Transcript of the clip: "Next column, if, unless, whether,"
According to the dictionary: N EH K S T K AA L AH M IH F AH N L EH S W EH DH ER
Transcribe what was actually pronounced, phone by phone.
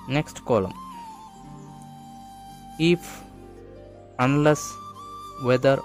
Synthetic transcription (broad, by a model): N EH K S T K AA L AH M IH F AH N L EH S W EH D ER